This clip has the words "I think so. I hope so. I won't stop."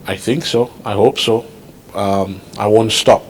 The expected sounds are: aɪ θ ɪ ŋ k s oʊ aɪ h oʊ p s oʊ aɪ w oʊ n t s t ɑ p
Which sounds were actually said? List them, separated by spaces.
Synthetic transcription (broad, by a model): aɪ θ ɪ ŋ k s oʊ aɪ h oʊ p s oʊ aɪ w oʊ n t s t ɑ p